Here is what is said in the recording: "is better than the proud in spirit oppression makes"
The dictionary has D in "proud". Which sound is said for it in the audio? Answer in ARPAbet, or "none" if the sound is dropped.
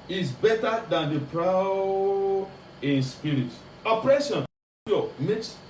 none